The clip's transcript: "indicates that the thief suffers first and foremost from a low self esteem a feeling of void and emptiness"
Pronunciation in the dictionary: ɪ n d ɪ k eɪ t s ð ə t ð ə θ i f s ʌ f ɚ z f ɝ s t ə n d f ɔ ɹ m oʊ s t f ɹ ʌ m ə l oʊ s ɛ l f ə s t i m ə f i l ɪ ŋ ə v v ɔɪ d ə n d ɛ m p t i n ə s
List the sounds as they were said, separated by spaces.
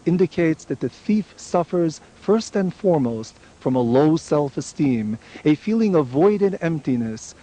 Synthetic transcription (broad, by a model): ɪ n d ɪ k eɪ t s ð ə t ð ə θ i f s ʌ f ɚ z f ɝ s t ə n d f ɔ ɹ m oʊ s t f ɹ ʌ m ə l oʊ s ɛ l f ə s t i m ə f i l ɪ ŋ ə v v ɔɪ d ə d ɛ m p t i n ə s